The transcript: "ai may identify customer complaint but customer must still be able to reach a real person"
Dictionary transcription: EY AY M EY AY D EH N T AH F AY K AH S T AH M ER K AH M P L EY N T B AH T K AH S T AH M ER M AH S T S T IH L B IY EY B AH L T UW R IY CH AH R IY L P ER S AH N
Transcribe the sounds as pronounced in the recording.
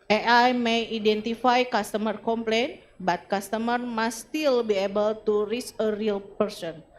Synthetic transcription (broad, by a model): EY AY M EY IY D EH N T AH F AY K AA S T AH M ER K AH M P L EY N B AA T K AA S T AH M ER M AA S S T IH L B IY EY B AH L T UW R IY S AH R IY L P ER S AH N